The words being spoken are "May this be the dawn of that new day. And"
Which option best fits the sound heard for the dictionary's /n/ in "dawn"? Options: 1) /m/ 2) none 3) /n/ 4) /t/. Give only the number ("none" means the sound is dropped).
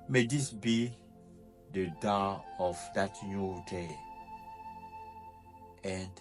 2